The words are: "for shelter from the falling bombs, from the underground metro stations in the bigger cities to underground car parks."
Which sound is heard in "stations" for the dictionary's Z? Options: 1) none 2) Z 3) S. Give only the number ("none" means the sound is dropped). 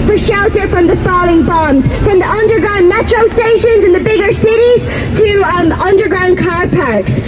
2